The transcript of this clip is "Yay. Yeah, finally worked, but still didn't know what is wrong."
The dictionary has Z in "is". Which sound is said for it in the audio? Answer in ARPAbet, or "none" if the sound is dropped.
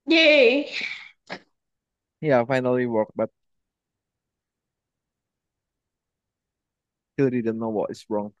S